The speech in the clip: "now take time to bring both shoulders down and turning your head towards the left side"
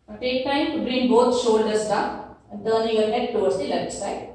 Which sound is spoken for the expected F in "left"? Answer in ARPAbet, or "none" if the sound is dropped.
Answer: none